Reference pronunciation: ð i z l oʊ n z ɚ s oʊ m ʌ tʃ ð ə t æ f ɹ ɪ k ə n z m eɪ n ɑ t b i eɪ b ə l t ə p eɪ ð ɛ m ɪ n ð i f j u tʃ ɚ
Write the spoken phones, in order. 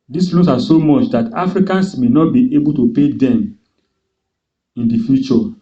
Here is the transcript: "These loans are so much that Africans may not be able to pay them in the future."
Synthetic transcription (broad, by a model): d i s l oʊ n s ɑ s oʊ m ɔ tʃ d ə t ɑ f ɹ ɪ k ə n s m eɪ n ɑ t b i eɪ b ə l t ə p eɪ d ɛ m ɪ n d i f j u tʃ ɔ